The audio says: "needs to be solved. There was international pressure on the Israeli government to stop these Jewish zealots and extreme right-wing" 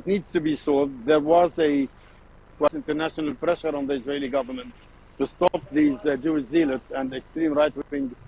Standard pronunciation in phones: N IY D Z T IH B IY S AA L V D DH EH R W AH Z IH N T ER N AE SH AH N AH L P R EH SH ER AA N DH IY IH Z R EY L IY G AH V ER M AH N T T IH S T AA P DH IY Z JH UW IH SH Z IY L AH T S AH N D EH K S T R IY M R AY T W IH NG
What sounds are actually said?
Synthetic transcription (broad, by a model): N IY D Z T IH B IY S AA L V D DH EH R W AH Z IH N T ER N AE SH AH N AH L P R EH SH ER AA N DH IY IH Z R EY L IY G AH V ER M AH N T T IH S T AA P DH IY Z JH UW IH SH Z IY L AH T S AH N D EH K S T R IY M R AY T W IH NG